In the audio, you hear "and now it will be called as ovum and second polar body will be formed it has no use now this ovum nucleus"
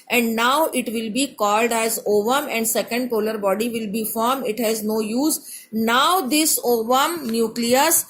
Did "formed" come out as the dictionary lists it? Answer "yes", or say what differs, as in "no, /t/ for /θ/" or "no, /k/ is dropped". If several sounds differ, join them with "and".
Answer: no, /d/ is dropped